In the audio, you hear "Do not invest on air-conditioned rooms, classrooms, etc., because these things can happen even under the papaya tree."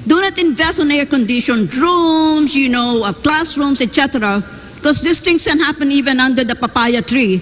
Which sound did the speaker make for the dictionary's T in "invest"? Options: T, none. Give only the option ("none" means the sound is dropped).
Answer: none